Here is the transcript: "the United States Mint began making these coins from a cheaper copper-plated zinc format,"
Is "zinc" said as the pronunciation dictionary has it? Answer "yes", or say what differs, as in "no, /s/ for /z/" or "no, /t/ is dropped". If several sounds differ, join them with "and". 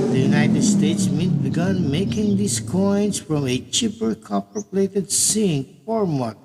no, /s/ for /z/